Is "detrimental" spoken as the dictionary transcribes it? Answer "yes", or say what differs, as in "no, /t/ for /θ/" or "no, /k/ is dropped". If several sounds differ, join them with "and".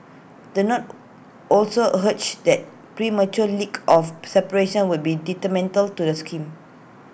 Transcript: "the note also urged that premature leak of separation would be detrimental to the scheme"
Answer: no, /ɹ/ is dropped